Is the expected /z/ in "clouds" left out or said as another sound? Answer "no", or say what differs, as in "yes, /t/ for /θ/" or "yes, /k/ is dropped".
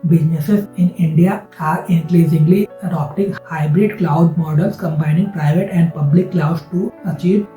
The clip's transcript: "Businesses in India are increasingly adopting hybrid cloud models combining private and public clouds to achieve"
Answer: yes, /z/ is dropped